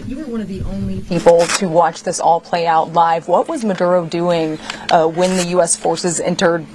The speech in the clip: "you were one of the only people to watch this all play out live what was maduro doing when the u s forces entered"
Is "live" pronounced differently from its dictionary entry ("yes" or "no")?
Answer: no